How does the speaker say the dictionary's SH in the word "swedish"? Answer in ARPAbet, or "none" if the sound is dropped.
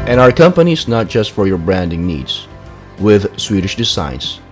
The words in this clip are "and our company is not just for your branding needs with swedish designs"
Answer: SH